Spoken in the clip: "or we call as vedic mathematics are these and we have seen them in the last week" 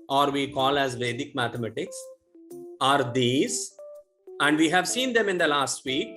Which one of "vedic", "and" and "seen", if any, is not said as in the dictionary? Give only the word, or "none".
none